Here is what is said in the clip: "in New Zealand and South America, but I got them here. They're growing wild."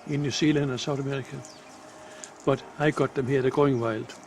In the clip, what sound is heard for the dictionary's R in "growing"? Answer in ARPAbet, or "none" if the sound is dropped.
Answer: none